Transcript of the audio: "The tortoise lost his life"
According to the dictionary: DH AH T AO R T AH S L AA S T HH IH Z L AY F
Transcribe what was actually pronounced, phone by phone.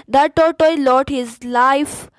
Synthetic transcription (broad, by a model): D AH T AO T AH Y L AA T HH IH Z L AY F